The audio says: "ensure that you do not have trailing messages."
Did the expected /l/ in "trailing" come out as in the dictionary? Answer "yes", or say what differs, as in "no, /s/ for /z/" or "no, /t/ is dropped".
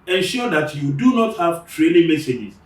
no, /n/ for /l/